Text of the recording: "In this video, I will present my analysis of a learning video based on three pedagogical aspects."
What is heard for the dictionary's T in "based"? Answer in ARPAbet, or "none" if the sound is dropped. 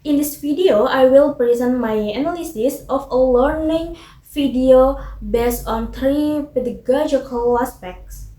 none